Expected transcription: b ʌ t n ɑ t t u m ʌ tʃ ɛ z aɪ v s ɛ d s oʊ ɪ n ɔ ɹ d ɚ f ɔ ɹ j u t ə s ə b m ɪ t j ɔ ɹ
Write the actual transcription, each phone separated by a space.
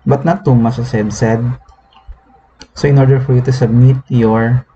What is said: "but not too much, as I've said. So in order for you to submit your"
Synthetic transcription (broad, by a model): b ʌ t n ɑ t t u m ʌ s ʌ s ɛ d s ɛ d s oʊ ɪ n ɔ ɹ d ɚ f ɔ ɹ j u t ə s ə b m ɪ t j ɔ ɹ